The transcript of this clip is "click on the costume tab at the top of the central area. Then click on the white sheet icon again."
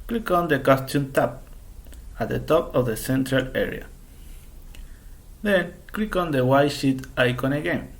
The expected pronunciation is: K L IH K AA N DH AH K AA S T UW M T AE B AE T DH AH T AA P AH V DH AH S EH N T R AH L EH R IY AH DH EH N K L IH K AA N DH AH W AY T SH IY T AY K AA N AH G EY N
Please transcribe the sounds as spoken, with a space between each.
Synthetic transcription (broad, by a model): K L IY K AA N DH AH K AA S T UW M T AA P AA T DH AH T AA P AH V DH AH S EH N T R AH L EH R IY AH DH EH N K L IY K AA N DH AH W AY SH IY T AY K AA N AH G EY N